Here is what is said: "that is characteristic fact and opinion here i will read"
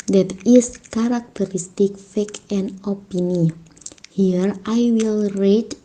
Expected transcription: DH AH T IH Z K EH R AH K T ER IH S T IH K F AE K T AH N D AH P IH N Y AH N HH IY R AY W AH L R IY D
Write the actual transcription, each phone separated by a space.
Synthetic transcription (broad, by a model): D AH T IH S K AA R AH K T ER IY S T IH K F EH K AH N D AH P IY N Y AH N HH IY R AY W AH L R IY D